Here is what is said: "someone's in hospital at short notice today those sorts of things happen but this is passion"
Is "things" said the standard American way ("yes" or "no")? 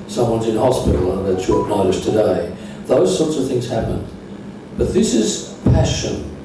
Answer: yes